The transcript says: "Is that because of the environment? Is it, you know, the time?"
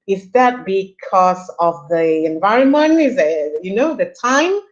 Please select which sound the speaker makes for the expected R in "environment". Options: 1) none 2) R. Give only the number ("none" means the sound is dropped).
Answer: 2